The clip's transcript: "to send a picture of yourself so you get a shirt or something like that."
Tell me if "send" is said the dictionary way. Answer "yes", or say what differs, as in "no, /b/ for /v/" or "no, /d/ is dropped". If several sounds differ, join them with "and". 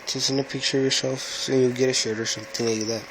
no, /d/ is dropped